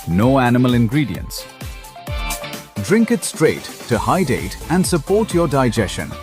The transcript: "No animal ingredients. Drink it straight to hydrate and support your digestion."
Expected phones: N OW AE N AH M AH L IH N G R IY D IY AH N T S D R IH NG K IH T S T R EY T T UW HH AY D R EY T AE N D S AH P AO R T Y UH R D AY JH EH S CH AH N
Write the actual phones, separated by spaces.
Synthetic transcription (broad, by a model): N OW AE N AH M AH L IH N G R IY D IY AH N T S D R IH NG K IH T S T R EY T T UW HH AY D EY T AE N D S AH P AO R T Y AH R D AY JH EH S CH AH N